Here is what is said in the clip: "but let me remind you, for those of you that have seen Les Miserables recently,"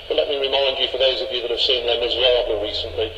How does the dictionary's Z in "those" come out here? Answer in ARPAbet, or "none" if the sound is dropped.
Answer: Z